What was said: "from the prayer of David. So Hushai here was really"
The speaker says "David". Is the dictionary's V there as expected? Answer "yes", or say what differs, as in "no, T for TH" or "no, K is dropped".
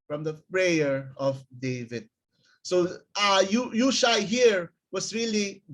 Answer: yes